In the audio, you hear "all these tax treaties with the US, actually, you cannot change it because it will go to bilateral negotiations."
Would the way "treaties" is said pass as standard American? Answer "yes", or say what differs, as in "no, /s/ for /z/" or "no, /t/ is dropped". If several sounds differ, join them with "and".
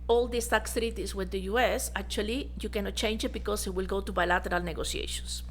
no, /s/ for /z/